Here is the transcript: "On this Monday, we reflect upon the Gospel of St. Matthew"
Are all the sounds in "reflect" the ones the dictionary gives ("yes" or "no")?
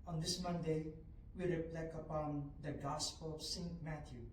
no